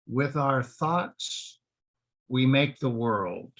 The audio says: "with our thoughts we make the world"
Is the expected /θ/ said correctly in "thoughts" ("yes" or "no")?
yes